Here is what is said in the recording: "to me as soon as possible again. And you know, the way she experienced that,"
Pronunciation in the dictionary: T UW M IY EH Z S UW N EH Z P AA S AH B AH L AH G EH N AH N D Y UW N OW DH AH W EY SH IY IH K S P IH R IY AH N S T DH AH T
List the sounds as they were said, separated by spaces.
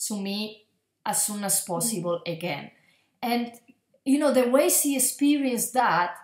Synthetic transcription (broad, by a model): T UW M IY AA S UW N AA S P AA S AH B AH L AH G EH N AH N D Y UW N OW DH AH W EY S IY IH K S P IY R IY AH N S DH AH T